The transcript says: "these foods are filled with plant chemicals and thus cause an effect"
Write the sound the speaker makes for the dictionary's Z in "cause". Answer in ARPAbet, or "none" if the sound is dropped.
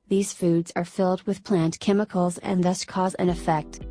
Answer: Z